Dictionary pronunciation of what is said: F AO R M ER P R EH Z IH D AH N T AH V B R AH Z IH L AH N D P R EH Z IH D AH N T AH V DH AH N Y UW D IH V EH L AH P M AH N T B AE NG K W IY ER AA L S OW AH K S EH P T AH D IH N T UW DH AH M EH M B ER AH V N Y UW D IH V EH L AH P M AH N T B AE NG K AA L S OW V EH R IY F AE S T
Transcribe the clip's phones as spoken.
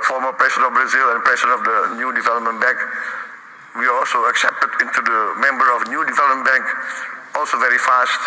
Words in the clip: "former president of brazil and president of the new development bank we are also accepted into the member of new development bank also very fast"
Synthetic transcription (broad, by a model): F AO R M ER P R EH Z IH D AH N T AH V B R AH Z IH L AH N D P R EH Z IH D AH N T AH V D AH N Y UW D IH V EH L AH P M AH N B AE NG K W IY AA L S OW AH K S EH P T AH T IH N T UW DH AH M EH M B ER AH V N Y UW D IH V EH L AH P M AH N B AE NG K AA L S OW V EH R IY F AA S T